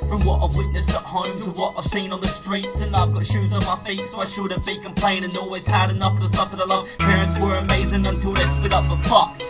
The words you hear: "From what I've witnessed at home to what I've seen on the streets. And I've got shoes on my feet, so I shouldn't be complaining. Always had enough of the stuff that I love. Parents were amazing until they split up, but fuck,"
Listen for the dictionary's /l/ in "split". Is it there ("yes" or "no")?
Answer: no